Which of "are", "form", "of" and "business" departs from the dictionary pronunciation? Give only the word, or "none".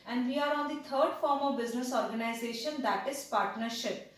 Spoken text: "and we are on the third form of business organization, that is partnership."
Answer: none